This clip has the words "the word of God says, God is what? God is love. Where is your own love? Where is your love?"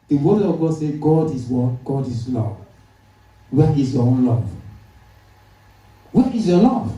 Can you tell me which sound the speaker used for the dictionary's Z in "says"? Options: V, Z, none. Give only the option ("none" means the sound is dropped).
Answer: none